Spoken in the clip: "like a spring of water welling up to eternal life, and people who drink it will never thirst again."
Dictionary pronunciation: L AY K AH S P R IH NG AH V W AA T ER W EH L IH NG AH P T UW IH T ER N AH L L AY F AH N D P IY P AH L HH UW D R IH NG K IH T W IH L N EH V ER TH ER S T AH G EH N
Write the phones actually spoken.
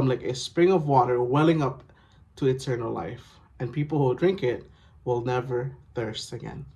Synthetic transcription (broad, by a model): L AY K AH S P R IH NG AH V W AA T ER W EH L IH NG AH P T UW IH T ER N AH L L AY F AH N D P IY P L HH UW D R IH NG K IH T W IH L N EH V ER TH ER S T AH G EH N